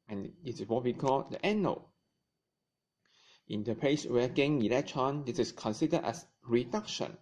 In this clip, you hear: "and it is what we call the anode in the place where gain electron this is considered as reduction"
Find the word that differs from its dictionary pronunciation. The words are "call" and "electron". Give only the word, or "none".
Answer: electron